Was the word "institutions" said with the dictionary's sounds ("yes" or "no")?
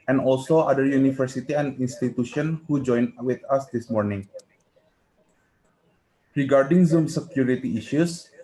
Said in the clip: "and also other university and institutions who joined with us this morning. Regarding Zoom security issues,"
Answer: no